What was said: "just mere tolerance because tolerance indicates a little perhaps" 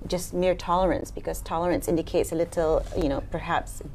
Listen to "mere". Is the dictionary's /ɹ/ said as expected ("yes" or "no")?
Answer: yes